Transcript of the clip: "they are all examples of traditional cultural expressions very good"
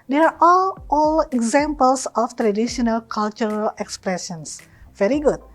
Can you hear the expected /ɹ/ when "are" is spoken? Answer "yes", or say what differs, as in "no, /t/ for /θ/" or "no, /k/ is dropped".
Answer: no, /l/ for /ɹ/